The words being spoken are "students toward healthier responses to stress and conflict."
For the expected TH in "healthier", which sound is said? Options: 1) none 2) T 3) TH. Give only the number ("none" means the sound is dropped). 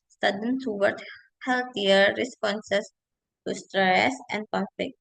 2